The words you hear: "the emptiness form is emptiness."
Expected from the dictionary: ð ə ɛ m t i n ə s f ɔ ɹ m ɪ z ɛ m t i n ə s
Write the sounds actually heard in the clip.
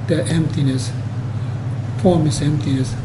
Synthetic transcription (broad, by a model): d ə ɛ m t i n ə s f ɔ m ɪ s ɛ m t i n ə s